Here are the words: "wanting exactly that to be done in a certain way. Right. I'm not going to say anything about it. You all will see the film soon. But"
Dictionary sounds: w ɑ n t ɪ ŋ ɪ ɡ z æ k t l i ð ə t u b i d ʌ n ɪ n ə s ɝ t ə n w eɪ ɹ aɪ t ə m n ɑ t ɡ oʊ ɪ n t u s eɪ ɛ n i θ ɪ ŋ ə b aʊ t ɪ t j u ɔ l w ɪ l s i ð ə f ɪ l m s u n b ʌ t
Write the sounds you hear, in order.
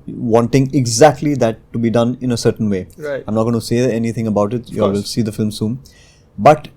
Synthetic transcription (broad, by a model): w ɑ n t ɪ ŋ ɪ ɡ z æ k t l i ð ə t u b i d ʌ n ɪ n ə s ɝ t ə n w eɪ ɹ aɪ ə m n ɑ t ɡ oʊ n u s eɪ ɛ n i t ɪ ŋ ə b aʊ t ɪ t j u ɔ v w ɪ l s i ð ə f ɪ l m s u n b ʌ t